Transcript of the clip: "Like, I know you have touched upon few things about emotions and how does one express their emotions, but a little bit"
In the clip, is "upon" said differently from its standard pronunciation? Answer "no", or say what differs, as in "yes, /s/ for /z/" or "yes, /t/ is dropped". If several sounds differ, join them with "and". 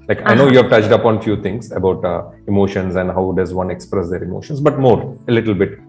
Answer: no